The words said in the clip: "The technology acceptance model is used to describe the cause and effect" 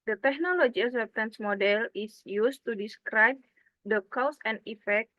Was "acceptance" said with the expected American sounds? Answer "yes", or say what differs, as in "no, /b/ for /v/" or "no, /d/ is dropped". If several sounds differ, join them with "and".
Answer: no, /k/ is dropped